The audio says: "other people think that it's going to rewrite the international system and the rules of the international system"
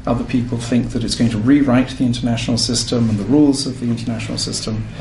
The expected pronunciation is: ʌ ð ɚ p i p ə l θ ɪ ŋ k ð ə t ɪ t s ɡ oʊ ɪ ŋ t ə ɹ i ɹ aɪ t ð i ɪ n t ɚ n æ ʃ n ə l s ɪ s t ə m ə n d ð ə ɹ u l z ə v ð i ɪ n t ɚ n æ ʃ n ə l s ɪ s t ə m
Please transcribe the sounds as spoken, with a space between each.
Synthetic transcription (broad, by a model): ʌ ð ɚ p i p ə l θ ɪ ŋ k ð ə t ɪ t s ɡ oʊ ɪ ŋ t ə ɹ i ɹ aɪ t ð i ɪ n t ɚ n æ ʃ n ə l s ɪ s t ə m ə n ð ə ɹ u l z ə v ð i ɪ n t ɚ n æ ʃ n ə l s ɪ s t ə m